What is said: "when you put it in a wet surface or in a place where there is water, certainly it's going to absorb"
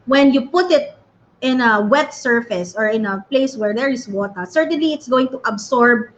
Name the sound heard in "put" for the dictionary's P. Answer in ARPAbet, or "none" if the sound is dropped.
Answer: P